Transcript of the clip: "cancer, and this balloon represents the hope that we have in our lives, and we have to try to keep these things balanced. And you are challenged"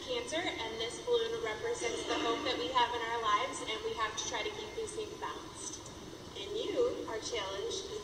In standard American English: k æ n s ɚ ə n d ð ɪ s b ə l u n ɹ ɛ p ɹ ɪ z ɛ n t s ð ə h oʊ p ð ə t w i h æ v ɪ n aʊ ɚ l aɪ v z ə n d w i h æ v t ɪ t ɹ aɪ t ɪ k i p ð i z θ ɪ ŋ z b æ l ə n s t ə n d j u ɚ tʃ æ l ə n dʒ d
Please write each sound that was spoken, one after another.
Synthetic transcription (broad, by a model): k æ n s ɚ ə n ð ɪ s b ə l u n ɹ ɛ p ɹ ɪ z ɛ n t s ð ə h oʊ p ð ə t w i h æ v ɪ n aʊ ɚ l aɪ v z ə n w i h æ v t ɪ t ɹ aɪ t ɪ k i p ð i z s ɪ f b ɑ ə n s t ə n j u ɚ tʃ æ l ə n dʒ